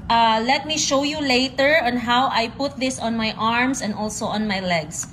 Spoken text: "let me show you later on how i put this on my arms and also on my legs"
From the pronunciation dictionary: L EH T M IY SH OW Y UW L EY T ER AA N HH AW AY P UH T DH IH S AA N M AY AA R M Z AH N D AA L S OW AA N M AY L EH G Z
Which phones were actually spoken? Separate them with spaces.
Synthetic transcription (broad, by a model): L EH T M IY SH OW Y UW L EY T ER AA N HH AW AY P UH T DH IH S AA N M AY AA R M S AH N D AA L S OW AA N M AY L EH G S